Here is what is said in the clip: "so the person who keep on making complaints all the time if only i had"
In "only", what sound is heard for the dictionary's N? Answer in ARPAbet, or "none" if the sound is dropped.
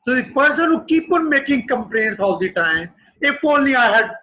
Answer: none